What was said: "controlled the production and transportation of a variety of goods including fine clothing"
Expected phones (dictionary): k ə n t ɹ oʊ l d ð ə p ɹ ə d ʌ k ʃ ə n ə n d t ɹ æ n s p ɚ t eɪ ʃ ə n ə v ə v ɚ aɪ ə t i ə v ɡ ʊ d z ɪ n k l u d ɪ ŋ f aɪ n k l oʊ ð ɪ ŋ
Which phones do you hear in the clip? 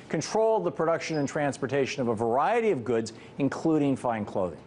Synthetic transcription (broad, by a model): k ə n t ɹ oʊ l d ð ə p ɹ ə d ʌ k ʃ ə n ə n t ɹ æ n s p ɚ t eɪ ʃ ə n ə v ə v ɚ aɪ ə t i ə v ɡ ʊ d z ɪ n k l u d ɪ ŋ f aɪ n k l oʊ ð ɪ ŋ